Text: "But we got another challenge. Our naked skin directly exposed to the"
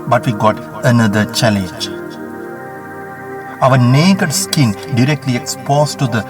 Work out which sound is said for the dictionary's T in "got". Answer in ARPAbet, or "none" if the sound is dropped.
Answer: T